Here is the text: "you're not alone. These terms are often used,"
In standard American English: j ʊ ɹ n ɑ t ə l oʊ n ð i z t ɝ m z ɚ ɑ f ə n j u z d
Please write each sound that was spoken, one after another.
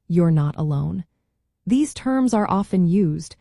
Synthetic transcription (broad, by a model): j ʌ ɹ n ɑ t ə l oʊ n ð i z t ɝ m z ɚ ɑ f ə n j u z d